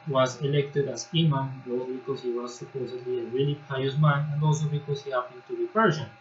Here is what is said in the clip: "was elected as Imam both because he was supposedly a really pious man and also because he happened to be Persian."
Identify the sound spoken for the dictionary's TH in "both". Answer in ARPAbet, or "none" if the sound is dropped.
S